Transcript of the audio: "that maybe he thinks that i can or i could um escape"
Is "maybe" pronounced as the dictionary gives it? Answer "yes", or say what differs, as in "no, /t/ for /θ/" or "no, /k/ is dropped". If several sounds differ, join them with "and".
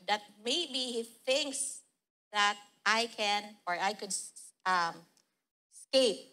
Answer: no, /b/ is dropped